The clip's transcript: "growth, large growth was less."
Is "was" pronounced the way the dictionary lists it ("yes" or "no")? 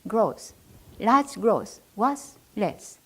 no